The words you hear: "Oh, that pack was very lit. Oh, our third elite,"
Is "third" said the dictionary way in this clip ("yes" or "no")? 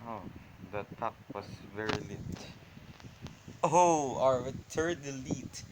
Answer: no